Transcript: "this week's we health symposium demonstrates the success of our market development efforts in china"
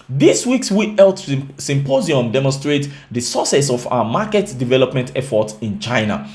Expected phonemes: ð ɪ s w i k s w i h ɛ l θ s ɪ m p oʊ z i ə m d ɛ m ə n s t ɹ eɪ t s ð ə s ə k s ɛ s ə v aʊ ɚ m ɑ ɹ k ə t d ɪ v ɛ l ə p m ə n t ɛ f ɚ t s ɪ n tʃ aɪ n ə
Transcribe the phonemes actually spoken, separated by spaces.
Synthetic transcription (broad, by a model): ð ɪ s w i k s w i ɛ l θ s ɪ m p oʊ z i ə m d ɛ m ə n s t ɹ eɪ t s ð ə s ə s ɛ s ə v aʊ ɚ m ɑ k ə t d ɪ v ɛ l ə p m ə n t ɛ f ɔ t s ɪ n tʃ aɪ n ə